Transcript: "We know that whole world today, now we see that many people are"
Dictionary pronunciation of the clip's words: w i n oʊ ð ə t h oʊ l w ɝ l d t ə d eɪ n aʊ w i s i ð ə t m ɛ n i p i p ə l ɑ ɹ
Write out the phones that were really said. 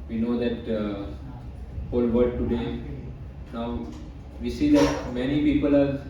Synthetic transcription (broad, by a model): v i n oʊ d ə t h oʊ l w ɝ d t ə d eɪ n aʊ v i s i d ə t m ɛ n i p i p ə l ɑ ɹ